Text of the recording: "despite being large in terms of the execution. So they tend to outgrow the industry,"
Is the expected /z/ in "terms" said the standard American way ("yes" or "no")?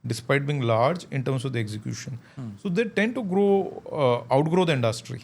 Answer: no